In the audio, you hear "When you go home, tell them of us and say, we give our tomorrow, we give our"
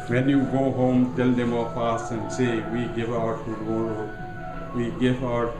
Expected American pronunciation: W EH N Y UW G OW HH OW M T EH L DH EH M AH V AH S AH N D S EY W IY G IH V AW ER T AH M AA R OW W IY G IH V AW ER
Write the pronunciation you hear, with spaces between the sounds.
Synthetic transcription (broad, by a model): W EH N Y UW G OW HH OW M T EH L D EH M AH P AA S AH N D S EY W IY G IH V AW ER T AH AA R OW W IY G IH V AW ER